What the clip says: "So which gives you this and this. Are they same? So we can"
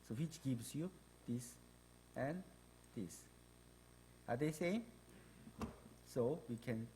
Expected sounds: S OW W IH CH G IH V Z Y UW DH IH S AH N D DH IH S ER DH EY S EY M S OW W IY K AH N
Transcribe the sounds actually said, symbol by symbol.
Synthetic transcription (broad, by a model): S OW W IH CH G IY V S Y UW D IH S AH N D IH S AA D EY S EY S OW W IY K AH N